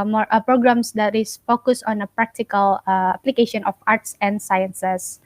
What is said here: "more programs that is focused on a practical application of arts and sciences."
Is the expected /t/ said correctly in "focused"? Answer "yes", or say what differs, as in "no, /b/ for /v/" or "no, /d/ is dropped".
no, /t/ is dropped